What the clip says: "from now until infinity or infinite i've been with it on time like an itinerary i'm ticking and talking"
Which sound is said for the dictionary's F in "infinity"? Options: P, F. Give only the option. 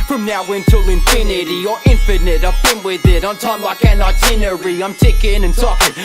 P